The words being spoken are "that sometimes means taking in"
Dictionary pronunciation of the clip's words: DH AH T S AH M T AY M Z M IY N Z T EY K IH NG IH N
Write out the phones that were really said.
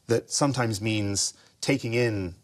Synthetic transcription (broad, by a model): DH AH T S AH M T AY M Z M IY N Z T EY K IH NG IH N